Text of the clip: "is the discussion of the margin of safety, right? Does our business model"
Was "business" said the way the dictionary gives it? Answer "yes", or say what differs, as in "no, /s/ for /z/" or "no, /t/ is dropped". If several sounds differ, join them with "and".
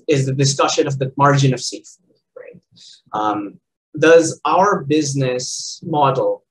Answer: yes